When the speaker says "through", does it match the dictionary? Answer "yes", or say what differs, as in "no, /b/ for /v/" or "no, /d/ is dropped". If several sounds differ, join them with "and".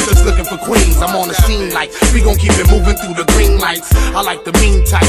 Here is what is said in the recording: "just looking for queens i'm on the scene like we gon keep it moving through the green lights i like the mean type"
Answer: yes